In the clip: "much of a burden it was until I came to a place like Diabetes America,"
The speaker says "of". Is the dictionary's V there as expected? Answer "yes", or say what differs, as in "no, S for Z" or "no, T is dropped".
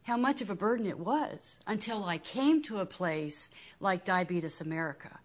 yes